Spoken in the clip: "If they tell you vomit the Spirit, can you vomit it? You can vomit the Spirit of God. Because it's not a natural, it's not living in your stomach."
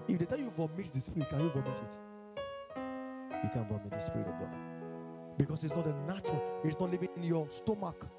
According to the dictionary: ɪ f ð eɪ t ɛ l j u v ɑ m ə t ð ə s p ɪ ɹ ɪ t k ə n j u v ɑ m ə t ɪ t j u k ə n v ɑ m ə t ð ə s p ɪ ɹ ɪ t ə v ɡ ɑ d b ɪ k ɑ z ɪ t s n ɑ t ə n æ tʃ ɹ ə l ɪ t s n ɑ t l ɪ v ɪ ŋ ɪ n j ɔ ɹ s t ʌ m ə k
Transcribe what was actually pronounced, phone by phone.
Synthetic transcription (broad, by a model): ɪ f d eɪ t ɛ l j u v ɑ m ə t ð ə s p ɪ ɹ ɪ t k ə n j u v ɑ m ə t ɪ t j u k ə n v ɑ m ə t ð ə s p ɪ ɹ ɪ t ə v ɡ ɑ d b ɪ k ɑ s ɪ t s n ɑ t ə n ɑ tʃ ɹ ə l ɪ t s n ɑ t l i v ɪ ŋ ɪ n j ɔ s t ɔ m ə k